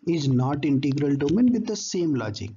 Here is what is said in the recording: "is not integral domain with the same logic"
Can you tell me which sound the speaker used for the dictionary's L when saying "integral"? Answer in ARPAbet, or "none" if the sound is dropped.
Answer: L